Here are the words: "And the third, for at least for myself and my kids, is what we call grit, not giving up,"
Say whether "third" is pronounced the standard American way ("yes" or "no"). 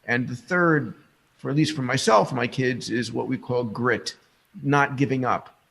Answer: yes